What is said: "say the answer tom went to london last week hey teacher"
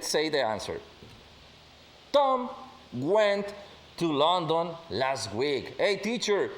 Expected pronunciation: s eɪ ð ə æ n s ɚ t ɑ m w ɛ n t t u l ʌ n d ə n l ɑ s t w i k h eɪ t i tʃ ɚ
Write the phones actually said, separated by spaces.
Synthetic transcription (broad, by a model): s eɪ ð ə æ n s ɚ t ɑ m w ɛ n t t u l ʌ n d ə n l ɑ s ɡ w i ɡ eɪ t i tʃ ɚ